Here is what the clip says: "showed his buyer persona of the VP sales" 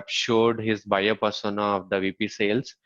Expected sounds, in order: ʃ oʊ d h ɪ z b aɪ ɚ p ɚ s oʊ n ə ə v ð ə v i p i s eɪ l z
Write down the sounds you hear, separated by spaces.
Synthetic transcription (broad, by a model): ʃ oʊ d h ɪ z b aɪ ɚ p ɚ s oʊ n ə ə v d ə v i p i s eɪ l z